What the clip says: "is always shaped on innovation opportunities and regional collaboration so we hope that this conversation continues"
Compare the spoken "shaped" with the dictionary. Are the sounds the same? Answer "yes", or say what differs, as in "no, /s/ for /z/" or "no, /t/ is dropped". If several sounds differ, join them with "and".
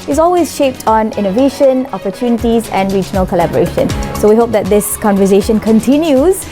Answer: yes